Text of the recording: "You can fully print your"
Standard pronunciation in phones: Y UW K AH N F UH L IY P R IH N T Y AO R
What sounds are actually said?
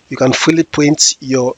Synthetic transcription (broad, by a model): Y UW K AH N F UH L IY P AO N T Y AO